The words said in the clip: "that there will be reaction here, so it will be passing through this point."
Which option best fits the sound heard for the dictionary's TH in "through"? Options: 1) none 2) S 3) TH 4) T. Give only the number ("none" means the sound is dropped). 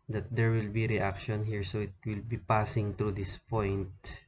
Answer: 4